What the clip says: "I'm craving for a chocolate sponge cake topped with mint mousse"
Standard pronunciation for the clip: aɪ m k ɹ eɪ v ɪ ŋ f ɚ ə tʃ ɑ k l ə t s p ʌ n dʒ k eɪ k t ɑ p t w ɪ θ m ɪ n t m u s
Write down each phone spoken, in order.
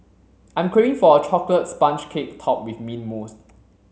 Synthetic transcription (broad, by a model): aɪ m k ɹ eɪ ɪ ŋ f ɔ ə tʃ ɑ k l ə t s p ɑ n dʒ k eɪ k t ɑ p w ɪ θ m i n m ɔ s